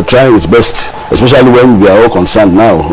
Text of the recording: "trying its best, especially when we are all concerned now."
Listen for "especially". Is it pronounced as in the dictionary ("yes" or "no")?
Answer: yes